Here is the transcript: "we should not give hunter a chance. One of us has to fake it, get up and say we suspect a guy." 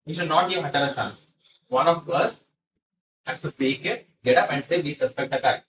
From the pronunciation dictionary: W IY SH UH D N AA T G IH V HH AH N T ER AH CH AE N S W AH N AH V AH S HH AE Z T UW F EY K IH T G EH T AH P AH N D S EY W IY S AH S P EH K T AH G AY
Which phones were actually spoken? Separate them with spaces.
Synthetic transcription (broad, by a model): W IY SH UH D N AA T G IH V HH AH T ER AH CH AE N S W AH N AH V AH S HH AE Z T UW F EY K IH T G EH T AH P AH N D S EY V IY S AH S P EH K T AH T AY